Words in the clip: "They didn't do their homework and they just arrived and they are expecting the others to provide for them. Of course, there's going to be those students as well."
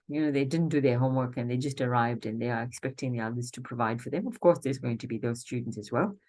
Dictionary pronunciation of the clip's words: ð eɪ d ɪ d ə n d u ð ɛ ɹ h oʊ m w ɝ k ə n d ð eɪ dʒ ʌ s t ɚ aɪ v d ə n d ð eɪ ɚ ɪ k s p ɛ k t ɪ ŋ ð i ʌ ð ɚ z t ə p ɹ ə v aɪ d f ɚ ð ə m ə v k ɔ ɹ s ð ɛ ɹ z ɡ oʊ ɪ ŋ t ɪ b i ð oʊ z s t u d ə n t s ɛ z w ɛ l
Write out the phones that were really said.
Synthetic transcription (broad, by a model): ð eɪ d ɪ d n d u ð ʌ ɹ h oʊ m w ɝ k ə n ð eɪ dʒ ʌ s t ɚ aɪ v d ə n ð eɪ ɚ ɪ k s p ɛ k t ɪ ŋ ð i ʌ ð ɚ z t ə p ɹ ə v aɪ d f ɚ ð ə m ə v k ɔ ɹ s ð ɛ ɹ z ɡ oʊ ɪ ŋ t ɪ b i ð oʊ z s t u d n t s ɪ z w ɛ l